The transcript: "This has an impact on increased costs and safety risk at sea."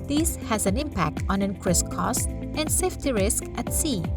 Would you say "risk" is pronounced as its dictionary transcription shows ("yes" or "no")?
yes